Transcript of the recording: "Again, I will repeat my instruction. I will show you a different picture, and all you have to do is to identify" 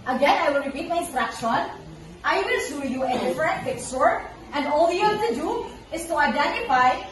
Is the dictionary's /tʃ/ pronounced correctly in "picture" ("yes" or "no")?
no